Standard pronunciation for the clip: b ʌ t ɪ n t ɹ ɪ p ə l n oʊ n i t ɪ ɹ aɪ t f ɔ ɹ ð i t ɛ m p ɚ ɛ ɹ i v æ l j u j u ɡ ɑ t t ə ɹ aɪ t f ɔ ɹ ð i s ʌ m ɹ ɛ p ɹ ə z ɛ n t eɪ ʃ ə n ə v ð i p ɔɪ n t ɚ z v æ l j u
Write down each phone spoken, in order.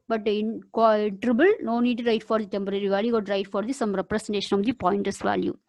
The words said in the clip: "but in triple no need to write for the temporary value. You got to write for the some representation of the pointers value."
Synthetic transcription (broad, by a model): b ʌ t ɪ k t ɹ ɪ b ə l n oʊ n i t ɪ ɹ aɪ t f ɔ ɹ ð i t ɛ m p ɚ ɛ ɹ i v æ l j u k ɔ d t t ə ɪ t f ɔ ɹ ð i s ʌ m ɹ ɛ p ɹ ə s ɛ n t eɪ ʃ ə n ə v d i p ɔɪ n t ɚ s v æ l j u